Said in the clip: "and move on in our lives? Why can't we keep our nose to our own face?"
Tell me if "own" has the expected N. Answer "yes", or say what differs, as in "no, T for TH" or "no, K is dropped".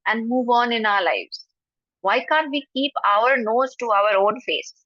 no, L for N